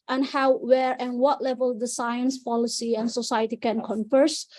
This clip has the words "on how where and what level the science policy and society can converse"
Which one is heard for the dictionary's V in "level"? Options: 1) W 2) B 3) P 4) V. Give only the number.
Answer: 4